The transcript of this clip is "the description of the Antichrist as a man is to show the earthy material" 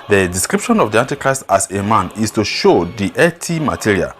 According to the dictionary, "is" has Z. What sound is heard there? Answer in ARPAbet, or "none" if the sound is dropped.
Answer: S